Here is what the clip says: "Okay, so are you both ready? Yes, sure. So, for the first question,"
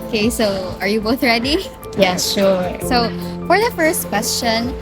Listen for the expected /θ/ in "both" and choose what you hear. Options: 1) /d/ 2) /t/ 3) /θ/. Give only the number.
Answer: 3